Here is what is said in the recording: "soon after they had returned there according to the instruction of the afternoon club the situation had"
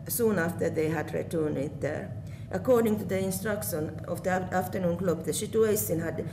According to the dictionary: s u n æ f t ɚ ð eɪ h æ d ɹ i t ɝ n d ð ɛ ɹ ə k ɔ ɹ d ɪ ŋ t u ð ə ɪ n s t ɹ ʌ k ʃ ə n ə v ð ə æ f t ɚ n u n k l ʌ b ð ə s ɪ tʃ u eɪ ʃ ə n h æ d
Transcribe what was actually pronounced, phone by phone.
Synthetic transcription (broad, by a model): s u n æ f t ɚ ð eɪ h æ d ɹ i t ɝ n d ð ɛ ɹ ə k ɔ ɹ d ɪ ŋ t u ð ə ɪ n s t ɹ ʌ k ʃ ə n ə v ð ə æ f t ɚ n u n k l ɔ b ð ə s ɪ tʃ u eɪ s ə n h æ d